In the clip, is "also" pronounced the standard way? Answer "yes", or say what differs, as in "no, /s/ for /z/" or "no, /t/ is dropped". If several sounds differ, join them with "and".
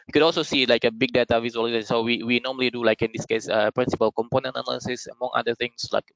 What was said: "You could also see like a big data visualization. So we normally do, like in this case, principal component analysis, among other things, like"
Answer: yes